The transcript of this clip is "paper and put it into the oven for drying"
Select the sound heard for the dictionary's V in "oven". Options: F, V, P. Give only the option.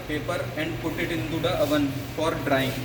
V